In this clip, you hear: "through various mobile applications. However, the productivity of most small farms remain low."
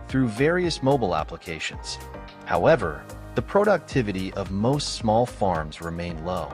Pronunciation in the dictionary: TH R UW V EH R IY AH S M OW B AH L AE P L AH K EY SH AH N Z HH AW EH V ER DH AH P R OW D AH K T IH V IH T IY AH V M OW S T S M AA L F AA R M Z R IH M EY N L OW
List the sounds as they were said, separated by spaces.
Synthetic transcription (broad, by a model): TH R UW V EH R IY AH S M OW B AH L AE P L AH K EY SH AH N Z HH AW EH V ER DH AH P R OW D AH K T IH V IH T IY AH V M OW S T S M AA L F AA R M Z R IH M EY N L OW